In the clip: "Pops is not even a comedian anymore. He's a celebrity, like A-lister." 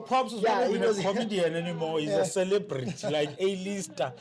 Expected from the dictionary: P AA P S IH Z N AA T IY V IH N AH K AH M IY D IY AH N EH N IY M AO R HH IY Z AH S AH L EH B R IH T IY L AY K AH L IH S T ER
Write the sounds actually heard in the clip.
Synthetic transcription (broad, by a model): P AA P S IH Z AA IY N AH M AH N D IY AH N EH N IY M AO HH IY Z AH S AH L EH B R IH T IY L AY K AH L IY S T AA